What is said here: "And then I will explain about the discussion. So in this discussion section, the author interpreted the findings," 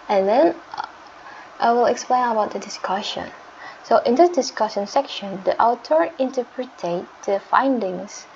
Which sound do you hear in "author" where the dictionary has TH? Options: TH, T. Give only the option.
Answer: T